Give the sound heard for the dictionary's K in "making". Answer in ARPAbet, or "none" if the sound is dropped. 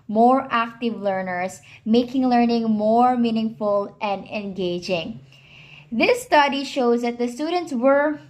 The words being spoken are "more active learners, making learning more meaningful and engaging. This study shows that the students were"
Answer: K